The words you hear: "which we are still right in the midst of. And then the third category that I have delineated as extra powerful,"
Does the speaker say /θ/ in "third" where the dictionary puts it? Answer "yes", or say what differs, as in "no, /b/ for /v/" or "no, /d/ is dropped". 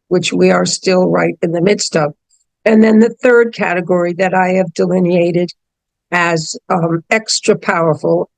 yes